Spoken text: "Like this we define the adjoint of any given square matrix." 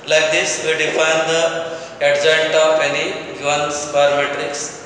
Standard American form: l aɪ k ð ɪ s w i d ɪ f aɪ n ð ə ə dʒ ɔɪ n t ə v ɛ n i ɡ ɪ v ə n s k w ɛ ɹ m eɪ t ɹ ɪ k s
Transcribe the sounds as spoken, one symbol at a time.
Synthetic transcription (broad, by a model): l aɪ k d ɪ s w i d ɪ f aɪ n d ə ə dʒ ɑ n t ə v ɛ n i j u ə n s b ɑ ɹ m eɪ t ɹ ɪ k s